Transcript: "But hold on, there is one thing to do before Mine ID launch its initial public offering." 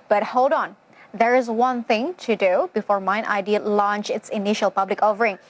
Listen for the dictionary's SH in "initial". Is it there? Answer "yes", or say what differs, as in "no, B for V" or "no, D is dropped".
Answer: yes